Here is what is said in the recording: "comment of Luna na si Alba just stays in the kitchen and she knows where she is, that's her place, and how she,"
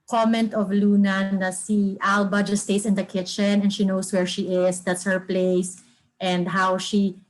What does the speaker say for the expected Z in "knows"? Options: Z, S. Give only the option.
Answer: S